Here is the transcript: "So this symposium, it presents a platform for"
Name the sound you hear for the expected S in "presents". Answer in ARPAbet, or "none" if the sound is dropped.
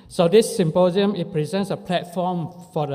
S